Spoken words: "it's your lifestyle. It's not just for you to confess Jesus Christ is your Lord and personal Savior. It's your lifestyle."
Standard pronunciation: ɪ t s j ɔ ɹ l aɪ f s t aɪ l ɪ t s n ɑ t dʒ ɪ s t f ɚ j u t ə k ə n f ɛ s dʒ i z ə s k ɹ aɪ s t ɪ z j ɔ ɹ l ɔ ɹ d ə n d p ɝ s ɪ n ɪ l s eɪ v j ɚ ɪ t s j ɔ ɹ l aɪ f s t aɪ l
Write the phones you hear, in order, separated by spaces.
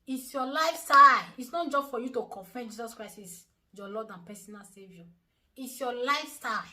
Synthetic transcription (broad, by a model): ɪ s j ɔ l aɪ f s t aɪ ɪ t s n ɑ t dʒ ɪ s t f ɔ j u t ə k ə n f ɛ dʒ i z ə s k ɹ aɪ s ɪ s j ɔ l ɔ d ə n p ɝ s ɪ n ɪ l s eɪ v j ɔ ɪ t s j ɔ l aɪ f s t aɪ